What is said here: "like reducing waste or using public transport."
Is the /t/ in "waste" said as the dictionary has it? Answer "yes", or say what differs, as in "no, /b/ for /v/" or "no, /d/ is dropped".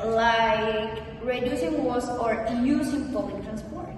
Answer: no, /t/ is dropped